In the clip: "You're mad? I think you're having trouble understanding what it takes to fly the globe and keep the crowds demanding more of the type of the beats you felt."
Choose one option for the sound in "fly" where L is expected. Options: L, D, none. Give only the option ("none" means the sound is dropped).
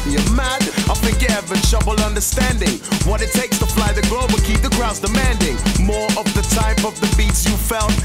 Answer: L